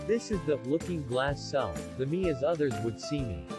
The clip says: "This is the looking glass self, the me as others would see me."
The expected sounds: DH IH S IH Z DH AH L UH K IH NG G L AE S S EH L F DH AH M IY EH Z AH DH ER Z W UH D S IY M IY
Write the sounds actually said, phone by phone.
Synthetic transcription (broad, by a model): DH IH S IH Z DH AH L UH K IH NG G L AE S S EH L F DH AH M IY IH Z AH DH ER Z W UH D S IY M IY